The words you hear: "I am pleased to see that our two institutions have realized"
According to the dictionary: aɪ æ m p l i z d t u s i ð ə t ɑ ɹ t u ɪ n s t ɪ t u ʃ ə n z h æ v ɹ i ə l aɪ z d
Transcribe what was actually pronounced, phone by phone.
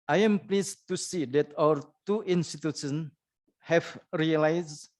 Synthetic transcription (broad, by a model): aɪ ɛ m p l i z t u s i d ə t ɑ w t u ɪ n s t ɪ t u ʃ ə n h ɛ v ɹ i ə l aɪ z